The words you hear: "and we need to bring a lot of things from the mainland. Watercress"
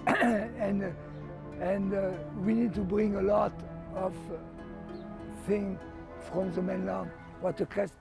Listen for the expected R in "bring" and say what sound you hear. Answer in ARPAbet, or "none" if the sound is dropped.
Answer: R